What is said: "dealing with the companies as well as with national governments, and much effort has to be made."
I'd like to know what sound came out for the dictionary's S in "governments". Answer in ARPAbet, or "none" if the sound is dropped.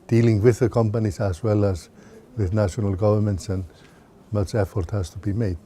S